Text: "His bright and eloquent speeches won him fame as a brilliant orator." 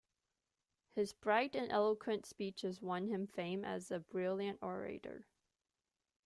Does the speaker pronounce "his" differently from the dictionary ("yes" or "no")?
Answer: no